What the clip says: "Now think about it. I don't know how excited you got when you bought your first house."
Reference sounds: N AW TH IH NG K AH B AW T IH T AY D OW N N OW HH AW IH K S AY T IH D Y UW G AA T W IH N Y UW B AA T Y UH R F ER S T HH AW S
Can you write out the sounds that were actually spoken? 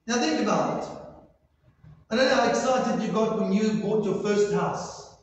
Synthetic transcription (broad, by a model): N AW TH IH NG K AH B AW IH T AY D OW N N OW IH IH K S AY T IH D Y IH G AA T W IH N Y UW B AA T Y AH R F ER S T HH AW S